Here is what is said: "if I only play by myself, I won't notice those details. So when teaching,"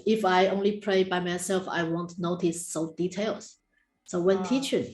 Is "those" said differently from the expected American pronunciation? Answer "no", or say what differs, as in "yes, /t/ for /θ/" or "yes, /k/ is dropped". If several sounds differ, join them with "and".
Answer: yes, /z/ is dropped